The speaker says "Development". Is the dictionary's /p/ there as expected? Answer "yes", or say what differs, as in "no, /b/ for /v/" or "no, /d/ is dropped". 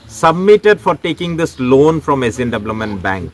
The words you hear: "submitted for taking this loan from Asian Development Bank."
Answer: no, /p/ is dropped